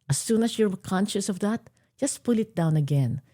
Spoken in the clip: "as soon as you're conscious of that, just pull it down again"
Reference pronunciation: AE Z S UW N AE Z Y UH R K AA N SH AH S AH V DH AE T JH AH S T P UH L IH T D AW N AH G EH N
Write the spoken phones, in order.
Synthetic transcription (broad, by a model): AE S UW N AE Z Y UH R K AA N SH AH S AH V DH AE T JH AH S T P UH L IH T D AW N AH G EH N